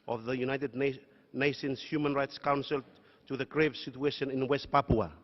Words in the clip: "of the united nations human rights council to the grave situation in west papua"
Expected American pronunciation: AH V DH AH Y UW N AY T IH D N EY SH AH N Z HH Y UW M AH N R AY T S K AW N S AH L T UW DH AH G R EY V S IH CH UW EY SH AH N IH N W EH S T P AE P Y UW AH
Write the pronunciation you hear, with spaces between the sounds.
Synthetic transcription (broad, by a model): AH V DH AH Y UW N AY T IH D N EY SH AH N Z HH Y UW M AH N R AY T S K AW N S AH L T UW DH AH G R EY V S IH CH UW EY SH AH N IH N W EH S T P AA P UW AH